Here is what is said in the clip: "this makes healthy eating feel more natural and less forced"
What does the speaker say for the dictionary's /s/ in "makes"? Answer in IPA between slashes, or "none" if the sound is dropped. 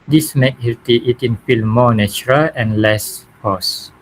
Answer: none